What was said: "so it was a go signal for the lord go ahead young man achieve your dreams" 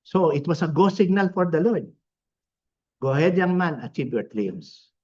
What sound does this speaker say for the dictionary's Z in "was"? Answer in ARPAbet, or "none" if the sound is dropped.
S